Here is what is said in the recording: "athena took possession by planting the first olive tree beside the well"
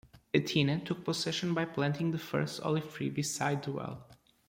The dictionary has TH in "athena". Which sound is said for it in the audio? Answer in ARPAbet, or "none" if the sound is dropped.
T